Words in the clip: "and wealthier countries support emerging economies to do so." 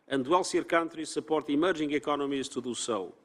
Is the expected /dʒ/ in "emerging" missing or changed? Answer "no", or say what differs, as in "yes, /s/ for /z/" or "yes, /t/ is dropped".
yes, /ʒ/ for /dʒ/